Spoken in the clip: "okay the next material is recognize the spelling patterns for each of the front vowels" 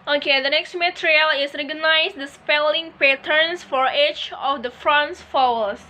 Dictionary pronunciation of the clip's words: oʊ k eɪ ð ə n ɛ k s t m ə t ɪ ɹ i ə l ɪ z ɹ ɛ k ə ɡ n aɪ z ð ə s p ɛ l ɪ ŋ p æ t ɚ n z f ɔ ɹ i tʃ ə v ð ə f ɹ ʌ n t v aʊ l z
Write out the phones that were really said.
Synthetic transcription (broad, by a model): oʊ k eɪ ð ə n ɛ k s t m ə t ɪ ɹ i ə l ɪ s ɹ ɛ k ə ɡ n aɪ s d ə s p ɛ l ɪ ŋ p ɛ t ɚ n s f ɔ ɹ i tʃ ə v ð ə f ɹ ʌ n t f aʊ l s